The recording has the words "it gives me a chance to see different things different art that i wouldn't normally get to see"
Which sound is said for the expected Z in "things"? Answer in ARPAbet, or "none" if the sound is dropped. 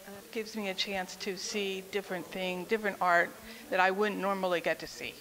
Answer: none